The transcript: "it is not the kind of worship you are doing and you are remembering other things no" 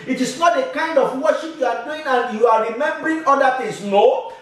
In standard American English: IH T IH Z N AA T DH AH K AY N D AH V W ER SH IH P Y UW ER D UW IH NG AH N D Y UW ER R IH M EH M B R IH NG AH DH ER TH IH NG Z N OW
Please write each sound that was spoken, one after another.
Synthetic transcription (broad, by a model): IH T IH S N AA T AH K AY N D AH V W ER SH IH P Y UW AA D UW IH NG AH N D Y UW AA R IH M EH M B R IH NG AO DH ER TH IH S N OW